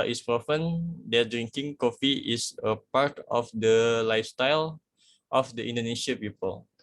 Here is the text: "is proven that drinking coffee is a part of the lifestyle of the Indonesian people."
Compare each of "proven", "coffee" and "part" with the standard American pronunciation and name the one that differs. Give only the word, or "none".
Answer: proven